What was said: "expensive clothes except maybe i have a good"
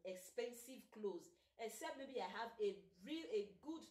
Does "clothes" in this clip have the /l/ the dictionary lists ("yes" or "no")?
yes